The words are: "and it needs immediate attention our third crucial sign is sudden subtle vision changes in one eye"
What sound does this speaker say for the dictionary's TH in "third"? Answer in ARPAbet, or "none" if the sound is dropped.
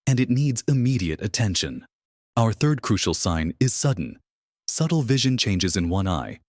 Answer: TH